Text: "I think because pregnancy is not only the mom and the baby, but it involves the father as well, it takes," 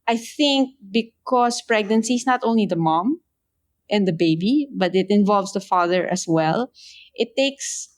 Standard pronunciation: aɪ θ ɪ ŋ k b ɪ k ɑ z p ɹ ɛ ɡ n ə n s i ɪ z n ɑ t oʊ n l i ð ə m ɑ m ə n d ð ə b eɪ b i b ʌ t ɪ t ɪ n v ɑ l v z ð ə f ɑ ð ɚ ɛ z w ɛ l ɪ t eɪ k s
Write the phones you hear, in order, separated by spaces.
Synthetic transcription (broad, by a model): aɪ θ ɪ ŋ k b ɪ k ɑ s p ɹ ɛ ɡ n ə n s i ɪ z n ɑ t oʊ n l i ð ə m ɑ m ə n d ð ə b eɪ b i b ʌ t ɪ t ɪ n v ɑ l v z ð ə f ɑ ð ɚ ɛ s w ɛ l ɪ t eɪ k s